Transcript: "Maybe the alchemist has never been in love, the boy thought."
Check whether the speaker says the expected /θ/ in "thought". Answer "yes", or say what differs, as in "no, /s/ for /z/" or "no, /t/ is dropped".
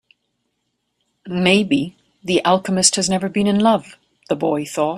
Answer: yes